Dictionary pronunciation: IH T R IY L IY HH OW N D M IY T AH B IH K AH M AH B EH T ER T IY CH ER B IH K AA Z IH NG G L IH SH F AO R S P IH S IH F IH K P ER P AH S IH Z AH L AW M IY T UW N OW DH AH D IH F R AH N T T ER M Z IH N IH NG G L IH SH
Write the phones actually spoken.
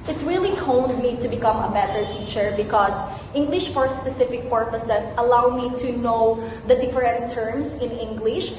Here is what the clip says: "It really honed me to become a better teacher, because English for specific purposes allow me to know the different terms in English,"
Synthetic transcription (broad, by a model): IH T R IY L IY HH OW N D M IY T AH B IH K AH M AH B EH T ER T IY CH ER B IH K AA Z IH NG G L IH SH F AO R S P IH S IH F IH K P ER P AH S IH S AH L AW M IY T UW N OW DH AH D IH F R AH N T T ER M S IH N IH NG G L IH SH